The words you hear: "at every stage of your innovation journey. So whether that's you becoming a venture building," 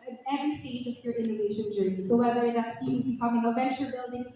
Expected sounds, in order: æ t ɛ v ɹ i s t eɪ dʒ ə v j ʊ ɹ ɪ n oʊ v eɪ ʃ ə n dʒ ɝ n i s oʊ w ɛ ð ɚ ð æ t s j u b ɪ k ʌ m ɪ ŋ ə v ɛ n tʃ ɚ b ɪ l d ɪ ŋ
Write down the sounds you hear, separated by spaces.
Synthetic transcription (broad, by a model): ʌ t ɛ ɹ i s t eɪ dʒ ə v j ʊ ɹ ɪ n oʊ v eɪ ʃ ə n dʒ ɝ n i s oʊ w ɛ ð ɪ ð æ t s j u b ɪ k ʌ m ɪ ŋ ə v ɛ n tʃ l b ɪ l d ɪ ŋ